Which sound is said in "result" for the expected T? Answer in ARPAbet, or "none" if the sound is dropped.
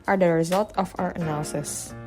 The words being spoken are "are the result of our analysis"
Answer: T